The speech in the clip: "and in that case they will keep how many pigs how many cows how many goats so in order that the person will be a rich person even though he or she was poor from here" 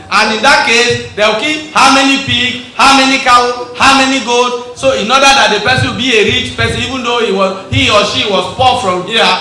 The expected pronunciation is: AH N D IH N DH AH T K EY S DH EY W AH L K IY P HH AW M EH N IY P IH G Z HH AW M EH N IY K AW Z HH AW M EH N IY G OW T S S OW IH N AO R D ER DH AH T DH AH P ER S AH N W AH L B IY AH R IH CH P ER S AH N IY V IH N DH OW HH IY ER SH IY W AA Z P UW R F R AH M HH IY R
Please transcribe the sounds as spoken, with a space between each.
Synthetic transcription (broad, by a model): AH N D IH N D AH T K EY S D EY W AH K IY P HH AW M EH N IY P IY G HH AW M EH N IY K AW HH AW M EH N IY G OW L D S OW IH N AO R D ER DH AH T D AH P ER S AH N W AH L B IY AH R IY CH P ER S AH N IY V IH N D OW HH IY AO SH IY W AA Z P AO F R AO M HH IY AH